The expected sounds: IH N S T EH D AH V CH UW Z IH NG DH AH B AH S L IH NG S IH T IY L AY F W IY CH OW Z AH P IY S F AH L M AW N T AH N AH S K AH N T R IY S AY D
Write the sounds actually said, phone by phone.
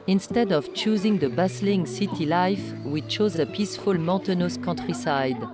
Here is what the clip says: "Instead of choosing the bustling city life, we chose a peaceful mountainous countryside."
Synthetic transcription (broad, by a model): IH N S T EH D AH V CH UW Z IH NG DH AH B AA S L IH NG S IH T IY L AY F W IY CH OW Z AH P IY S F AH L M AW T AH N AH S K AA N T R IY S AY D